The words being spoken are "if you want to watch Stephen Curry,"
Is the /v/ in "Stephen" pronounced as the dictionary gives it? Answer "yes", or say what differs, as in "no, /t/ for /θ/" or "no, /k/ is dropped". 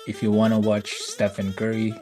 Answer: no, /f/ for /v/